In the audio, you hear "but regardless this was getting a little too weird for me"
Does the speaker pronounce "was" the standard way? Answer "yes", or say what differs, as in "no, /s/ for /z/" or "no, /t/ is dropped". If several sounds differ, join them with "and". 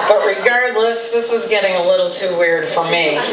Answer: yes